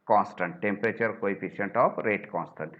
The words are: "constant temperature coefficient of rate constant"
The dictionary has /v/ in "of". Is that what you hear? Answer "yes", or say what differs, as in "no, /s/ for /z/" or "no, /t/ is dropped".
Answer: no, /p/ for /v/